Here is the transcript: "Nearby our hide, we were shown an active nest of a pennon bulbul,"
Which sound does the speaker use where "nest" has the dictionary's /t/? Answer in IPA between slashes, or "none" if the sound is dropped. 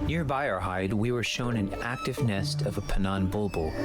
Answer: /t/